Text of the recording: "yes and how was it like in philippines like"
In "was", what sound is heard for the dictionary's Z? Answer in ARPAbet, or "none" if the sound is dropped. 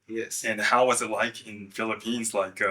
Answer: Z